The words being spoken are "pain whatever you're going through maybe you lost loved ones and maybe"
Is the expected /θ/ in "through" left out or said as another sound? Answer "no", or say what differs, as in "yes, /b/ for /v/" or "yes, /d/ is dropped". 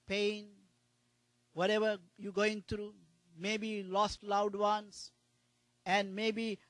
yes, /t/ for /θ/